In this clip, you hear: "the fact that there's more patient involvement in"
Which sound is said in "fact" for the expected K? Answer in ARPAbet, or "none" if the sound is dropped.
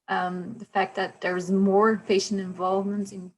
K